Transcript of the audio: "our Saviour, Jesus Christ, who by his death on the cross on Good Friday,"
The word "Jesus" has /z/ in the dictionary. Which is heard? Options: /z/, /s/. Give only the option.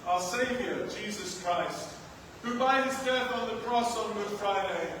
/z/